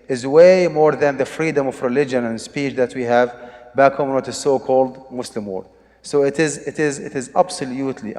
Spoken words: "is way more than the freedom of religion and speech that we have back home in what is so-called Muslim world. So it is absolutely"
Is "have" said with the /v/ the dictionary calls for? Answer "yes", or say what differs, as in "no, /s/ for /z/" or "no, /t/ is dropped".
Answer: yes